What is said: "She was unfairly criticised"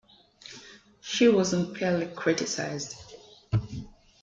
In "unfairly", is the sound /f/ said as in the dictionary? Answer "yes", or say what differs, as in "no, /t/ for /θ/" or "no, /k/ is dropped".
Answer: no, /p/ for /f/